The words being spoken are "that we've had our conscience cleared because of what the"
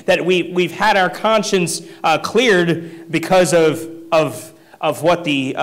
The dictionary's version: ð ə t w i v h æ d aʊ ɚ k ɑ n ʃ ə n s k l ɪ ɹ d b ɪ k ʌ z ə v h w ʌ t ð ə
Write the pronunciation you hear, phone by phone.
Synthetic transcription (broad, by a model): ð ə t w i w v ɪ d aʊ ɚ k ɑ n ʃ ə n s k l ɪ ɹ d b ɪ k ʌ z ə v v w ʌ t ð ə